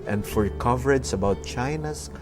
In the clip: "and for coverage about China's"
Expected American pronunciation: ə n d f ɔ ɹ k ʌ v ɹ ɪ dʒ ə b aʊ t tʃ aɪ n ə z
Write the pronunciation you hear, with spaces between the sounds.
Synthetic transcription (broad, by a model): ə n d f ɔ ɹ k ʌ v ɹ ɪ dʒ ə b aʊ t tʃ aɪ n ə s